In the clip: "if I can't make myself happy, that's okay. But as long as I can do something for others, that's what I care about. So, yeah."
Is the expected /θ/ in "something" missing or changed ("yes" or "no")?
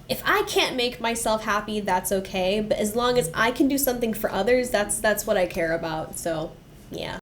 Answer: no